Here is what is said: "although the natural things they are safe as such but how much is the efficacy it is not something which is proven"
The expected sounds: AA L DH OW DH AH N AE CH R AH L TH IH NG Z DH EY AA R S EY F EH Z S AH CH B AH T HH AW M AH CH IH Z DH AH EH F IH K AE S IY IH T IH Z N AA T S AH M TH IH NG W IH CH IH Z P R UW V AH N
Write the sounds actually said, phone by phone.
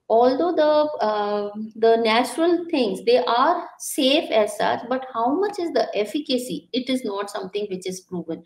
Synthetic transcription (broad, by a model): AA L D OW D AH N AE CH R AH L T IH NG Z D EY AA R S EY F EH Z S AH CH B AH T HH AW M AH CH IH Z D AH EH F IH K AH S IY IH T IH Z N AA T S AH M T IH NG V IH CH IH Z P R UW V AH N